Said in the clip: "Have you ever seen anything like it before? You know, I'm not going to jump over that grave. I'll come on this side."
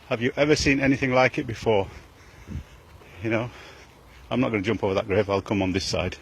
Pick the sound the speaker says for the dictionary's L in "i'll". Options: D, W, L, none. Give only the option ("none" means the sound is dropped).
L